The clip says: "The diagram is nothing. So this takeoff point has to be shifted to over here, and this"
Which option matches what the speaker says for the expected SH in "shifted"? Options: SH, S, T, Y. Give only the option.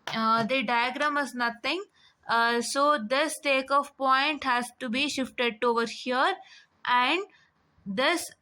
SH